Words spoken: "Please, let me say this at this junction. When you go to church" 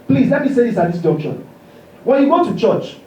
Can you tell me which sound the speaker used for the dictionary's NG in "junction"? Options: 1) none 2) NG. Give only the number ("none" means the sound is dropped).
1